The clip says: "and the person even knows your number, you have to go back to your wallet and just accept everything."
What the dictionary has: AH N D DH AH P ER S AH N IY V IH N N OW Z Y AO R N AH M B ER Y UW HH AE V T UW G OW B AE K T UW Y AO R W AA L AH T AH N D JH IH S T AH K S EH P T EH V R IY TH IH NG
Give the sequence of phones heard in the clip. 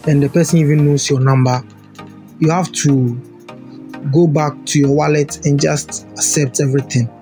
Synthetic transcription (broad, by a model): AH N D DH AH P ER S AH N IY V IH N N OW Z Y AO N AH M B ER Y UW HH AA F T UW G OW B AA K T UW Y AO W AA L AH T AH N JH IH S T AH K S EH P T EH V R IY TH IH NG